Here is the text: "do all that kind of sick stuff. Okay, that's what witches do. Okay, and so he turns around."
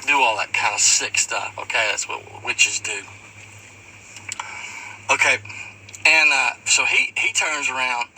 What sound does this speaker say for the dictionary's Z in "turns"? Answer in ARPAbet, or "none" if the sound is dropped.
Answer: Z